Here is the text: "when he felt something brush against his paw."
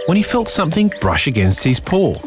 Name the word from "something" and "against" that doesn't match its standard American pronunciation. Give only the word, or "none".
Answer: none